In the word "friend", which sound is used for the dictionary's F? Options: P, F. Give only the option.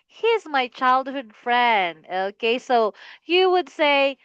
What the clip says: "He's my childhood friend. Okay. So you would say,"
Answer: F